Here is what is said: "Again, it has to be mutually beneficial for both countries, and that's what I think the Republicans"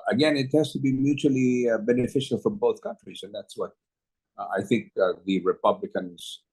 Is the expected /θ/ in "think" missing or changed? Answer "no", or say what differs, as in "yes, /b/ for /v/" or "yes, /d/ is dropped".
no